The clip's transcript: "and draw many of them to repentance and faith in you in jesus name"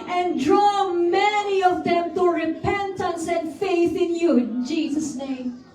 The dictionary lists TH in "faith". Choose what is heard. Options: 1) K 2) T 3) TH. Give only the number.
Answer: 3